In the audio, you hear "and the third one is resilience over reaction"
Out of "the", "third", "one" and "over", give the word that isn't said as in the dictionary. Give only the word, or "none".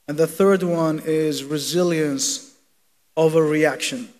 none